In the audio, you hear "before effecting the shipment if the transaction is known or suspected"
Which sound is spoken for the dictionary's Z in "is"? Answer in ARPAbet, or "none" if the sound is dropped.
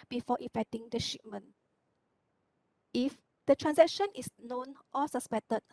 S